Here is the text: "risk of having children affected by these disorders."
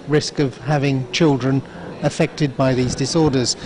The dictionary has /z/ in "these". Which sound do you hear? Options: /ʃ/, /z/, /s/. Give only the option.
/z/